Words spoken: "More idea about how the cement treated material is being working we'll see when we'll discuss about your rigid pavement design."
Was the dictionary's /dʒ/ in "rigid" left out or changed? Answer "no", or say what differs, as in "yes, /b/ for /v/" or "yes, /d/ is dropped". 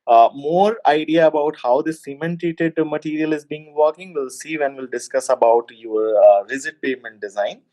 yes, /z/ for /dʒ/